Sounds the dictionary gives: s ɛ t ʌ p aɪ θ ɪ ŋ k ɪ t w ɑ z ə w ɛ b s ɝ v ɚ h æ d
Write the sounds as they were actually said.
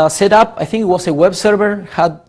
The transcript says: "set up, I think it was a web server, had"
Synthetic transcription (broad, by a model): s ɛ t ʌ p aɪ θ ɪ ŋ k ɪ t w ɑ s ə w ɛ b s ɝ v ɚ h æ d